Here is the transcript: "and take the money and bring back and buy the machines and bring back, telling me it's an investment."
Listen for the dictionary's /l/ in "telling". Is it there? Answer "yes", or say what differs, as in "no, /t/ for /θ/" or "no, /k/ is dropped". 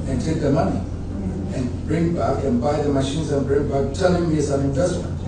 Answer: no, /n/ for /l/